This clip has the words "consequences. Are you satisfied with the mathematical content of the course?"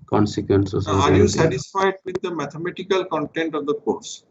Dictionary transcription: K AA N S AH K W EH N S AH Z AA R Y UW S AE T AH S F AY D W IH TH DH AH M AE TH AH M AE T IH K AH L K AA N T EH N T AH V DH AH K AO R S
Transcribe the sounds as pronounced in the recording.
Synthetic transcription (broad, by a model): K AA N S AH K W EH N S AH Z AA R Y UW S AE T AH S F AY D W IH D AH M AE T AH M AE T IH K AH L K AA N T EH N T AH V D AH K AO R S